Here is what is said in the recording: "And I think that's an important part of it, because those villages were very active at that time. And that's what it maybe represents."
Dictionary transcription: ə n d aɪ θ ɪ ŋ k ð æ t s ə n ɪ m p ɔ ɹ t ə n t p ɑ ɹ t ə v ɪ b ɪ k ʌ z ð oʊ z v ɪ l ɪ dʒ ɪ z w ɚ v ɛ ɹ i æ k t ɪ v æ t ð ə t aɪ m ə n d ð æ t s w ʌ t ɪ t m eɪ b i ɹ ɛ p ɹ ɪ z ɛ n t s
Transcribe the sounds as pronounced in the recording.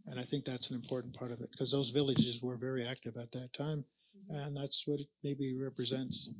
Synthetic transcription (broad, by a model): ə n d aɪ θ ɪ ŋ k ð æ t s n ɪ m p ɔ ɹ t n p ɑ ɹ t ə v ɪ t k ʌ z ð oʊ z v ɪ l ɪ dʒ ɪ z w ɚ v ɛ ɹ i æ k t ɪ v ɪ t ð ə t aɪ m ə n ð æ t s w ʌ t ɪ t m eɪ b i ɹ ɛ p ɹ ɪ z ɛ n t s